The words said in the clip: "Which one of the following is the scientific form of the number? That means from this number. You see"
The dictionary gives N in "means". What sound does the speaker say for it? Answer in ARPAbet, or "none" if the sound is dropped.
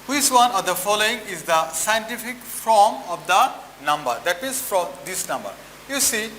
none